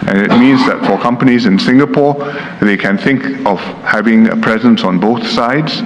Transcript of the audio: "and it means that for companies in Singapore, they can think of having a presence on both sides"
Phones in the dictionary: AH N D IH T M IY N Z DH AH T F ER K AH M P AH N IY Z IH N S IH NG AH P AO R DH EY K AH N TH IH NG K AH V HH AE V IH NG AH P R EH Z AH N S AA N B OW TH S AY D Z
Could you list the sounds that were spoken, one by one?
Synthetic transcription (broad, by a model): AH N IH T M IY N Z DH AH T F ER K AH M P AH N IY Z IH N S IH NG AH P AO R DH EY K AH N TH IH NG K AH V HH AE V IH NG AH P R EH Z AH N S AA N B OW TH S AY D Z